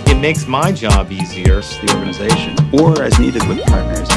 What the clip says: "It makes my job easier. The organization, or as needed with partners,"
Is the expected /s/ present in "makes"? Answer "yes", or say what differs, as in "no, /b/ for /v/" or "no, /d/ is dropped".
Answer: yes